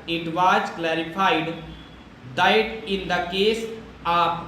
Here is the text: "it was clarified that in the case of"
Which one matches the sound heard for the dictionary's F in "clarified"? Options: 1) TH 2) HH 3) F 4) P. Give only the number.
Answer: 4